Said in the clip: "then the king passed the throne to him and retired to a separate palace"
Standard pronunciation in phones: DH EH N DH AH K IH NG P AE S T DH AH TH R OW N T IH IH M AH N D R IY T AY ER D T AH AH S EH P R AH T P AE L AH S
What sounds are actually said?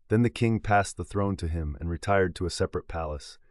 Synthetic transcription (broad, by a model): DH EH N DH AH K IH NG P AE S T DH AH TH R OW N T IH IH M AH N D R IY T AY ER D T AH AH S EH P R AH T P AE L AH S